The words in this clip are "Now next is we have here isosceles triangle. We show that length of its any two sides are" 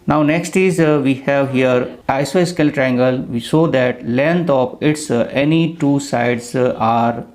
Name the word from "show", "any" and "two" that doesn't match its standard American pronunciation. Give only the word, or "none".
show